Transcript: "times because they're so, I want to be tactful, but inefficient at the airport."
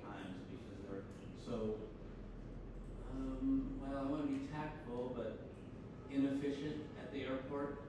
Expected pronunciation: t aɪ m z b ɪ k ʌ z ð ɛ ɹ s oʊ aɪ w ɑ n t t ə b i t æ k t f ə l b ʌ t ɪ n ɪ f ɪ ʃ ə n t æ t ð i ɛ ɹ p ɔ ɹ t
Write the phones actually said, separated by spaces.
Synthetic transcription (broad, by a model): aɪ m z b ɪ k ʌ z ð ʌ ɹ s oʊ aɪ w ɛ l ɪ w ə b i t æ k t ə l b ʌ t ɪ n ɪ f ɪ ʃ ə n t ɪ t ð i ɛ ɹ p ɔ ɹ t